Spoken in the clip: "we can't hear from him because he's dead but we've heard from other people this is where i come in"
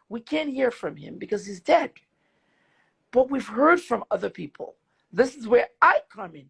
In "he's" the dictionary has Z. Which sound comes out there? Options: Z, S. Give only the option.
Z